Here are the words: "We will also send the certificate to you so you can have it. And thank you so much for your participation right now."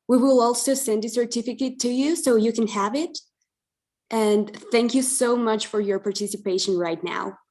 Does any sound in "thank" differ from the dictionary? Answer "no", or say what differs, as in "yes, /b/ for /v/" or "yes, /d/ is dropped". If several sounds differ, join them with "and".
no